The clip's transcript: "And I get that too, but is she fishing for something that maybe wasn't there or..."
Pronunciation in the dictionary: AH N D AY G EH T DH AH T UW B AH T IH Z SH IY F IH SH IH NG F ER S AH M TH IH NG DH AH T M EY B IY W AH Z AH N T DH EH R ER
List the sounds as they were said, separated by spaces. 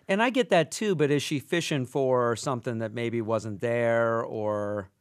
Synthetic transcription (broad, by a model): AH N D AY G EH T DH AH T UW B AH T IH Z SH IY F IH SH IH NG F ER S AH M TH IH NG DH AH T M EY B IY W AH Z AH N DH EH R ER